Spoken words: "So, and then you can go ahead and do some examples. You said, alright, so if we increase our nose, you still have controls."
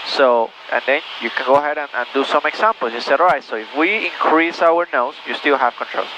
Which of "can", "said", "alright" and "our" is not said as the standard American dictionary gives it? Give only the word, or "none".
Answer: alright